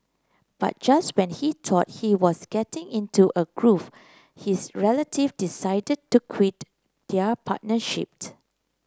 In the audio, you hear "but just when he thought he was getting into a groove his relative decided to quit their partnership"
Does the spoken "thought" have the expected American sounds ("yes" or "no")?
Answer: no